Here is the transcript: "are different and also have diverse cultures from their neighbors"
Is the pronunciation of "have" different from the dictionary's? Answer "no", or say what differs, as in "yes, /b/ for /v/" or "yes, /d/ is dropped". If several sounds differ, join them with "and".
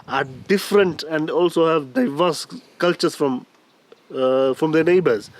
no